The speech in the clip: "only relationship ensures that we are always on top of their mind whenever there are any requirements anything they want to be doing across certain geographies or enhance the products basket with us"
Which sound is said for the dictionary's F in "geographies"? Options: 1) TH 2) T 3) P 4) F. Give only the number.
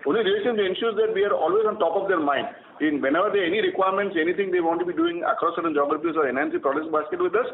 3